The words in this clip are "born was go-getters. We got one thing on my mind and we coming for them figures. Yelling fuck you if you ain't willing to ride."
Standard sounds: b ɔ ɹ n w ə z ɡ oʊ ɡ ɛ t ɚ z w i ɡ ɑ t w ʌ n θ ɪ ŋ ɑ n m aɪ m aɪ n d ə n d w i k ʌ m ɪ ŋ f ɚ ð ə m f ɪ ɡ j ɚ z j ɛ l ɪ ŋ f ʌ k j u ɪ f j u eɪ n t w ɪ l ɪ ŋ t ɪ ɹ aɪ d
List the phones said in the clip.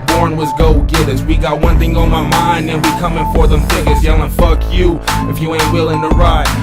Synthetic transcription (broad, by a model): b ɔ ɹ n w ə z ɡ oʊ ɡ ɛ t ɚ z w i ɡ ɑ t w ʌ n θ ɪ ŋ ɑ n m aɪ m aɪ n d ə n w i k ʌ m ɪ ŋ f ɚ ð ə m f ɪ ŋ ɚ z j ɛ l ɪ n f ʌ k j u ɪ f j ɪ eɪ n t w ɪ l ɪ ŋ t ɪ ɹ aɪ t